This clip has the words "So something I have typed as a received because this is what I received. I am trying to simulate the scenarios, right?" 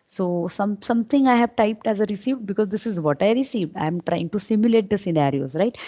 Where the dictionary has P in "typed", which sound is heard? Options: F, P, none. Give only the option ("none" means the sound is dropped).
P